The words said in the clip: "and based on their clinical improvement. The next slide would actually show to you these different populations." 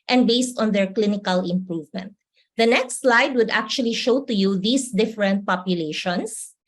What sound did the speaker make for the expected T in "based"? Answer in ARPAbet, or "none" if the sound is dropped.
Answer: T